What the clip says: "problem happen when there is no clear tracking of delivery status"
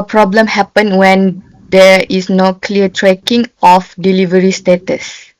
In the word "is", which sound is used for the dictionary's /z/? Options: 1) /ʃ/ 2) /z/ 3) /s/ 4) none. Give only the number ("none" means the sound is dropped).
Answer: 3